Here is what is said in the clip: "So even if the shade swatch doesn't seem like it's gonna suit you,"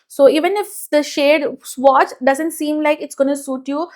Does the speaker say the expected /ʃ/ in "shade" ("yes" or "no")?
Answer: yes